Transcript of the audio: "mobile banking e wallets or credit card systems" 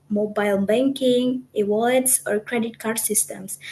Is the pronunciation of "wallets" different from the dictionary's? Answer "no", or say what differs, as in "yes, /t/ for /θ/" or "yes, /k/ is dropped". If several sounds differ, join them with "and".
yes, /l/ is dropped